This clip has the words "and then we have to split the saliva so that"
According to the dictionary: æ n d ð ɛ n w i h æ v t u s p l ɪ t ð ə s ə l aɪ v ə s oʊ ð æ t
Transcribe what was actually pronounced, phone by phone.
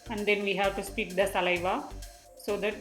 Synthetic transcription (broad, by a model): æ n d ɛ n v i h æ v t u s p i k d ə s ə l aɪ v ə s oʊ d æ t